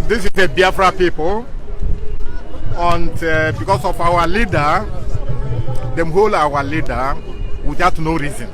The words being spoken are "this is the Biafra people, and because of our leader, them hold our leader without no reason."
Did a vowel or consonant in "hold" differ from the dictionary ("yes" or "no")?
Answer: yes